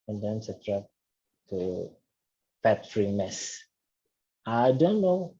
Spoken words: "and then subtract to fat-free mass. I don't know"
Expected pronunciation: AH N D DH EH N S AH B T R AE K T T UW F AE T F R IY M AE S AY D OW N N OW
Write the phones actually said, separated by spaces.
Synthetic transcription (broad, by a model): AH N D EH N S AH T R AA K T T UW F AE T F R IY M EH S AY D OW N N OW